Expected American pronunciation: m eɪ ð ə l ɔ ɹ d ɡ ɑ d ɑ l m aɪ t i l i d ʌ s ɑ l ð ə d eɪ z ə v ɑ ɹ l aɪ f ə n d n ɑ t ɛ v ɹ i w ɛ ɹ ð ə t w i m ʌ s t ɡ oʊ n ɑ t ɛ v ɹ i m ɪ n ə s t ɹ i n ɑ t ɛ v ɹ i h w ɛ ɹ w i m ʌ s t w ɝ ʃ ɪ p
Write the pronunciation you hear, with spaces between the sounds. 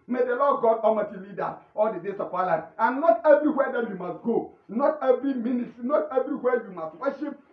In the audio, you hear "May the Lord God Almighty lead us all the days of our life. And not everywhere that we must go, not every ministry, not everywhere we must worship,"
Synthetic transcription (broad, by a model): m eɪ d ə l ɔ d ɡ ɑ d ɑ m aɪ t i l i d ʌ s ɑ l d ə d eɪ s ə p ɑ l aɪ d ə n n ɑ t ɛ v ɹ i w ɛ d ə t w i m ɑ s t ɡ oʊ n ɑ t ɛ v ɹ i m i n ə s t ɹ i n ɑ t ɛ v ɹ i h w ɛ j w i m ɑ s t w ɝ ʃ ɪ p